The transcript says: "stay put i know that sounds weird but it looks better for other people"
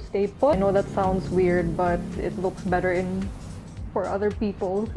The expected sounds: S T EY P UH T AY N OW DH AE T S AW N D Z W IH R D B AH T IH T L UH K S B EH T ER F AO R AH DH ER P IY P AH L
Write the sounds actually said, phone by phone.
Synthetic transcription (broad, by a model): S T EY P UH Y N OW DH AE T S AW N D S W IH R D B AH T IH T L UH K S B EH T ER F AO R AH DH ER P IY P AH L